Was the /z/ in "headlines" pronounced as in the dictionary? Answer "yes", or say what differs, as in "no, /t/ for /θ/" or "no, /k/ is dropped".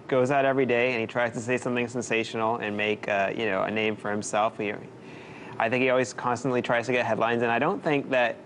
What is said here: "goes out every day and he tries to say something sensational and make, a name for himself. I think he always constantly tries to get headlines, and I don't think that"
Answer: yes